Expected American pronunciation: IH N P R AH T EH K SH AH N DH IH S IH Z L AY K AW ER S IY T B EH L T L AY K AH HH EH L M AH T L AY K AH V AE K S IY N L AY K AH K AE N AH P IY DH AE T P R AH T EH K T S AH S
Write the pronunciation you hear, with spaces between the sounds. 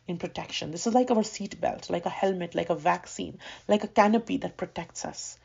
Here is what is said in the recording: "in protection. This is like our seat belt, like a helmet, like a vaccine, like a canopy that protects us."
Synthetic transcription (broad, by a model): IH N P R AH T EH K SH AH N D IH S IH Z L AY K AW ER S IY T B EH L T L AY K AH HH EH L M AH T L AY K AH V AE K S IY N L AY K AH K AE N AH P IY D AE T P R AH T EH K T S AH S